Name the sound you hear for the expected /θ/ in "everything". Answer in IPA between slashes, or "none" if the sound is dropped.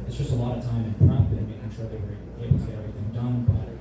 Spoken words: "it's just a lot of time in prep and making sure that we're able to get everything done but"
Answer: /θ/